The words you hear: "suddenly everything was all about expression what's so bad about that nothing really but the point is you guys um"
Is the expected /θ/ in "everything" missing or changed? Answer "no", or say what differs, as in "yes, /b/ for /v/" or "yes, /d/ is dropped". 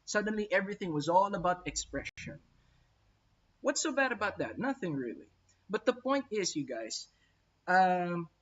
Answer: no